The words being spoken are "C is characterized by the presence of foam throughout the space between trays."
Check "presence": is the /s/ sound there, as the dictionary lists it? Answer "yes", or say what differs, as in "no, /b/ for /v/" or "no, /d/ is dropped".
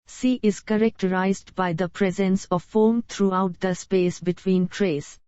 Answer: yes